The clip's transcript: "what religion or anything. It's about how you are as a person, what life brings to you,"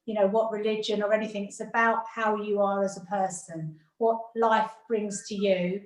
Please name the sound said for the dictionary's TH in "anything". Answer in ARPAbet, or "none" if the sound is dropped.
TH